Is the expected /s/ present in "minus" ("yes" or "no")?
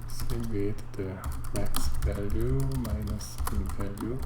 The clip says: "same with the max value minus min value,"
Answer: yes